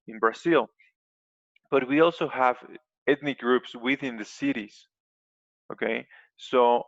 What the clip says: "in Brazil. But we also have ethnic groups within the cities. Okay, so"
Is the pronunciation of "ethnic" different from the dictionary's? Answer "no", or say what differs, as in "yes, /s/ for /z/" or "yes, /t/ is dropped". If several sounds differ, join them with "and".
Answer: yes, /t/ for /θ/